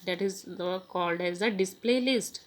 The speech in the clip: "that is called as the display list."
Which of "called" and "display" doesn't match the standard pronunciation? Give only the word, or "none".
none